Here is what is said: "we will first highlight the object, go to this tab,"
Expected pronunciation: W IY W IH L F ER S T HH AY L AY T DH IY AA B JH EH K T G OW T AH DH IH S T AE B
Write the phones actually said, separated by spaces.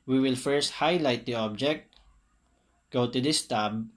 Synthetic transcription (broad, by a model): W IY W IH L F ER S T HH AY L AY T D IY AA B JH EH K T G OW T AH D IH S T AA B